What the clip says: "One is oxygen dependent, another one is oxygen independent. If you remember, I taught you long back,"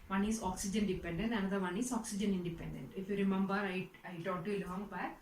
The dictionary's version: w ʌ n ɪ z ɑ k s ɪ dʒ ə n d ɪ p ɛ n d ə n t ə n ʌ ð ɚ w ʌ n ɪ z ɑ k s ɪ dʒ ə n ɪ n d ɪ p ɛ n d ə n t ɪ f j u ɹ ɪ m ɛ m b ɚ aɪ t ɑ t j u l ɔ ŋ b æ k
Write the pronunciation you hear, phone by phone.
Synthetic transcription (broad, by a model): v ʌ n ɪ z ɑ k s ɪ dʒ ə n d ɪ p ɛ n d ə n t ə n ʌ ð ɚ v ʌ n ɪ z ɑ k s ɪ dʒ ə n ɪ n d ɪ p ɛ n d ə n t ɪ f j u ɹ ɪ m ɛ m b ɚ aɪ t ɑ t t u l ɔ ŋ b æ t